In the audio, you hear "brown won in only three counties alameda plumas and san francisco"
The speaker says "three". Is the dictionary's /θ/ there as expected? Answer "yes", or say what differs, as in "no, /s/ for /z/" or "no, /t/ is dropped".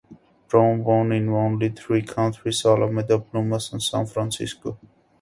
no, /t/ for /θ/